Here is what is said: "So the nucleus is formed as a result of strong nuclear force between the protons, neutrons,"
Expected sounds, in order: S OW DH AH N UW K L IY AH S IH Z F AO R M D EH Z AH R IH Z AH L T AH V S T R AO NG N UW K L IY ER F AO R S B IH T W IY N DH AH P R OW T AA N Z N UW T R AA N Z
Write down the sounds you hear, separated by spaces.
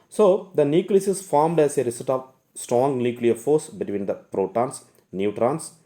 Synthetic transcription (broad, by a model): S OW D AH N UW K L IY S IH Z F AO R M D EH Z AH R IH S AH T AH V S T R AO NG N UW K L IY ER F AO R S B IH T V IY N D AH P R OW T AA N S N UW T R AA N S